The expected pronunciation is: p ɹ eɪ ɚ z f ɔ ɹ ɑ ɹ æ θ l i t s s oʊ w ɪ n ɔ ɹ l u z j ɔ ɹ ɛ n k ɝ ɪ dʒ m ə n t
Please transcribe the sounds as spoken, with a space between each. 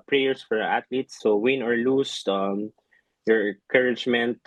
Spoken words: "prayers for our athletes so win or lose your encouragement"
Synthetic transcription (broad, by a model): p ɹ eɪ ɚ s f ɔ ɹ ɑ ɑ t l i t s s oʊ w ɪ n ɔ ɹ l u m j ɔ ɹ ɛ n k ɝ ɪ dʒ m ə n t